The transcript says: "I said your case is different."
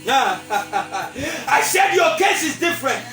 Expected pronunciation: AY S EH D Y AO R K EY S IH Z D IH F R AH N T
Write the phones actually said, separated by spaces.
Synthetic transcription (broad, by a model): AY SH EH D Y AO K EY S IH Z D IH F R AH N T